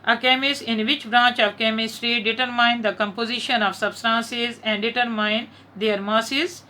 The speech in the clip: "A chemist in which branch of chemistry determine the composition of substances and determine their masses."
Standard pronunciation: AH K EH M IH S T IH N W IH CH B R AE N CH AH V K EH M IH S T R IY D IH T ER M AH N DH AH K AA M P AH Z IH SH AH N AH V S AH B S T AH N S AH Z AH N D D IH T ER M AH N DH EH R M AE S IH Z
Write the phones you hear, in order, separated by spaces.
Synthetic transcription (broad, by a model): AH K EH M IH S IH N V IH CH B R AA N CH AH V K EH M IH S T R IY D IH T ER M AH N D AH K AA M P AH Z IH SH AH N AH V S AH B S T AH N S AH Z AH N D D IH T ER M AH N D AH R M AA S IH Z